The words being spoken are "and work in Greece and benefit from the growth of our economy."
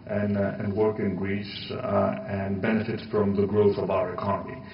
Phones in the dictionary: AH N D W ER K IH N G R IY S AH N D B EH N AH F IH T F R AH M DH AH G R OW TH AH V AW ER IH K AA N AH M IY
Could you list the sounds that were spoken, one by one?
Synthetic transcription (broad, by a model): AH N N W ER K IH N G R IY S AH N B EH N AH F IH T F R AH M DH AH G R OW TH AH V AW ER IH K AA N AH M IY